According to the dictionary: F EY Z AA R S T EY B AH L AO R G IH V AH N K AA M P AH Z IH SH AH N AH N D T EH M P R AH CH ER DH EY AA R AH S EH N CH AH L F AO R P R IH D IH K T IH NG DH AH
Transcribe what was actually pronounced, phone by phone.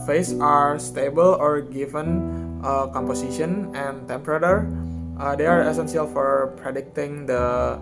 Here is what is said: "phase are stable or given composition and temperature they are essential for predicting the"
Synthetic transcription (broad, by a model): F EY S AA R S T EY B AH L AO R G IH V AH N K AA M P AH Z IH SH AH N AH N T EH M P R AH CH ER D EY AA R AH S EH N S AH L F AO R P R IH D IH K T IH NG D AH